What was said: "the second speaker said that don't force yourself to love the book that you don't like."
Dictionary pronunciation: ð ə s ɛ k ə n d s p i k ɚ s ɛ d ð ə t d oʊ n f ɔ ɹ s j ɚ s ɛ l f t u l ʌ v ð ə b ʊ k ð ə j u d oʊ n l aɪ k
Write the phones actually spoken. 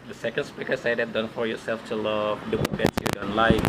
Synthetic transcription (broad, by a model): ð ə s ɛ k ə n d s p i k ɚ s ɛ d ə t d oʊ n f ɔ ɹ j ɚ s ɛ l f t u l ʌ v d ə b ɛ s j u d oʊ n l aɪ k